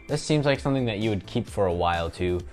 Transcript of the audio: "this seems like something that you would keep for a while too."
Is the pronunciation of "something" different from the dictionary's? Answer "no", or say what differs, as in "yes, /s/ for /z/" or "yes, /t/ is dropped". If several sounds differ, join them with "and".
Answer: no